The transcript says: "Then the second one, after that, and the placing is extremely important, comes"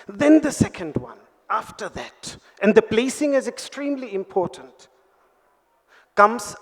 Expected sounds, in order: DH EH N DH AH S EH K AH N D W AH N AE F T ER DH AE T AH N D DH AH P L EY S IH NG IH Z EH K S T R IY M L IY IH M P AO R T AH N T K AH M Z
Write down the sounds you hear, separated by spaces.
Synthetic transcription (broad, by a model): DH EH N DH AH S EH K AH N D W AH N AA F T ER DH AE T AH N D DH AH B L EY S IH NG IH Z EH K S T R IY M L IY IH M P AO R T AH N T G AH M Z